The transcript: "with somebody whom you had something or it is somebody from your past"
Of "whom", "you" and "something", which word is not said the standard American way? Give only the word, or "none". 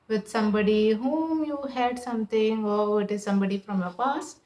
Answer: something